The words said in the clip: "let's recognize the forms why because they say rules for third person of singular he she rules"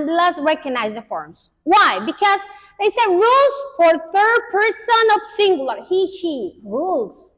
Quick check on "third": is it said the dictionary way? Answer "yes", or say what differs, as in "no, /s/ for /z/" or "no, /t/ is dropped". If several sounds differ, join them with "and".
yes